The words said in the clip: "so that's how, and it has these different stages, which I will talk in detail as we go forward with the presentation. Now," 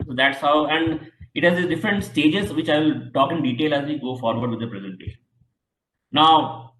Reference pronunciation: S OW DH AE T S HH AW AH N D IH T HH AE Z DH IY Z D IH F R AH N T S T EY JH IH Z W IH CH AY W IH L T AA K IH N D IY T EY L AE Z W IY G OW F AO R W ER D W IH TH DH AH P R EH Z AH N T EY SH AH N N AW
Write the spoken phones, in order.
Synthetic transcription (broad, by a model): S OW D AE T S HH AW AH N D IH T HH AE Z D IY D IH F R AH N T S T EY JH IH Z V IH CH AY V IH L T AA K IH N D IY T EY L AE Z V IY G OW F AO R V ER D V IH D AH P R EH Z AH N T EY SH AH N N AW